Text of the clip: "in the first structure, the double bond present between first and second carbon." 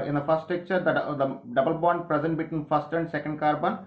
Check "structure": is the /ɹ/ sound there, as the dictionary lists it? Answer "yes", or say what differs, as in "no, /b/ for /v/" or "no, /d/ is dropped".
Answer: no, /ɹ/ is dropped